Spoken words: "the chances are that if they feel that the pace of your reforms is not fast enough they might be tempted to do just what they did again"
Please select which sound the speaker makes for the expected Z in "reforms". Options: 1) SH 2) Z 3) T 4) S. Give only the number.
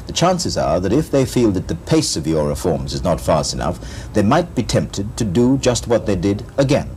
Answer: 2